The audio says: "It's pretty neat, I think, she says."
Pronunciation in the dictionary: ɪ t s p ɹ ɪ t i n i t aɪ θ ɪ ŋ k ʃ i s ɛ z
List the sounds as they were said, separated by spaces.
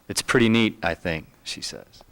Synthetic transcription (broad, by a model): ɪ t s p ɹ ɪ t i n i t aɪ θ ɪ ŋ k ʃ i s ɛ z